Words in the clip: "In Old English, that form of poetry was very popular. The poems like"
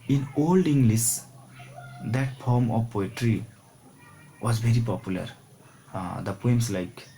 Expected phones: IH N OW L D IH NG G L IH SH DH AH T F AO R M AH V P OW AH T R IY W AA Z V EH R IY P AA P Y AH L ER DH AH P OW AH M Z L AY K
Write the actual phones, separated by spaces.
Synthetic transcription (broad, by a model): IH N OW L D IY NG G L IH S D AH T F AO R M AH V P OW AH T R IY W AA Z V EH R IY P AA P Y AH L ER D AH P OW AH M S L AY K